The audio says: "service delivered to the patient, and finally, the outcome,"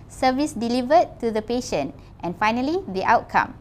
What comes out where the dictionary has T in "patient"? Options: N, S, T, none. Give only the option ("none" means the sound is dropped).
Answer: T